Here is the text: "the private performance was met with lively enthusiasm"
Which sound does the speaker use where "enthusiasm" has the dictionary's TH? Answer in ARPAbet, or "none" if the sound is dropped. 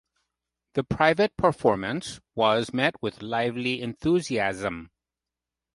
TH